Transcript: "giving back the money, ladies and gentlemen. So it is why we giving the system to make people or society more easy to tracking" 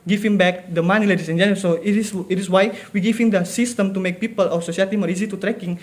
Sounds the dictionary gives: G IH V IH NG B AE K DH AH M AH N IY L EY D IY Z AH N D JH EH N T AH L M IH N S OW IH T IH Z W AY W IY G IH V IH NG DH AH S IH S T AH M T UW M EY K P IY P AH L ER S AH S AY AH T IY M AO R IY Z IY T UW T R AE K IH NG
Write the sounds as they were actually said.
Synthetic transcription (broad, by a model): G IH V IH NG B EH K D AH M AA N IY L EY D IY S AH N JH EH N S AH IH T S IH T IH S W AY W IY G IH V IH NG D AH S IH S T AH M T UW M EY K P IY P AH L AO S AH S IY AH T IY M AO R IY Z IY T UW T R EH K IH NG